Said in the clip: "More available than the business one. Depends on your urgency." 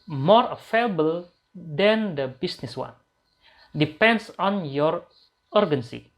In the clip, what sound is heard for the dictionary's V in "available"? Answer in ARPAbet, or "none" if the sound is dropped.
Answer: F